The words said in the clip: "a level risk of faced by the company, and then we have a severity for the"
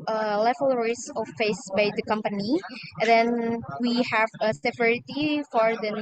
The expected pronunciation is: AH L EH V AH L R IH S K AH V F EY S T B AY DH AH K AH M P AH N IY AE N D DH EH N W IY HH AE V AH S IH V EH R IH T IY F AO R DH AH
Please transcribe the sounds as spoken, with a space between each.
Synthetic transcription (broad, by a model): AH L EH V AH L R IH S AH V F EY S B AY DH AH K AH M P AH N IY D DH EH N W IY HH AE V AH S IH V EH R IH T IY F AO R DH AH